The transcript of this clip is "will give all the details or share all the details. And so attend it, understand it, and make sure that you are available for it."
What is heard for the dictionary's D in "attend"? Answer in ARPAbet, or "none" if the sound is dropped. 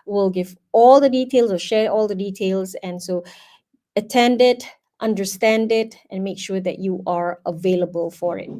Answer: D